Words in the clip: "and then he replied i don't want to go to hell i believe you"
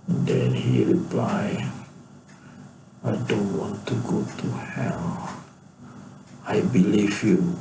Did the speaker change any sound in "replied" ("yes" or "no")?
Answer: yes